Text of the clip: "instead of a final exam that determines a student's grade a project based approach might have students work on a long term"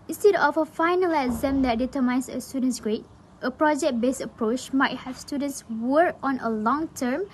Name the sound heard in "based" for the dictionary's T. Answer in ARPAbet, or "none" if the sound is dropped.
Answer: none